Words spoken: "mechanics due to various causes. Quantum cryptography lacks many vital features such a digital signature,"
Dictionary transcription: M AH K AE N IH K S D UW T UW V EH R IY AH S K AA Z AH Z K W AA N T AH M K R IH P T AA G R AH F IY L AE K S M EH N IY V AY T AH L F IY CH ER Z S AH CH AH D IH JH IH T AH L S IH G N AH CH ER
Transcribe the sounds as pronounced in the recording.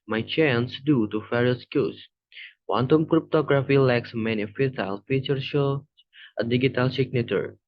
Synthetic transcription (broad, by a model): M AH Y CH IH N S D UW T UW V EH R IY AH S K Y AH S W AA N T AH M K R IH P T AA G R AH F IY L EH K S M EH N IY F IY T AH L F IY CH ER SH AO AH D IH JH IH T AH L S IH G N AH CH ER